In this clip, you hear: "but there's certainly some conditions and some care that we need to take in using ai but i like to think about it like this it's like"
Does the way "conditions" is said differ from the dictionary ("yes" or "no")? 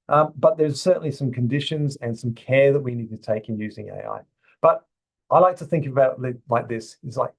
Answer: no